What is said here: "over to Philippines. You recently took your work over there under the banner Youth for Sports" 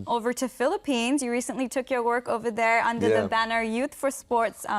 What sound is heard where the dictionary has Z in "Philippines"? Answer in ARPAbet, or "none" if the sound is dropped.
Z